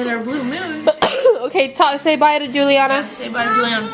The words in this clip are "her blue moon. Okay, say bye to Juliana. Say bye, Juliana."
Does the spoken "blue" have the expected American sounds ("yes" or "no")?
no